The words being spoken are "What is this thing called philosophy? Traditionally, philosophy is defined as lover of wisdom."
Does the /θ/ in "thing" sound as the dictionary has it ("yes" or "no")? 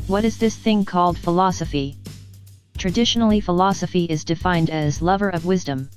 yes